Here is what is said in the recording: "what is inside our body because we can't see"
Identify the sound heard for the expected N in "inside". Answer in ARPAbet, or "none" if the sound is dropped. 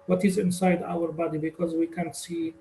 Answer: N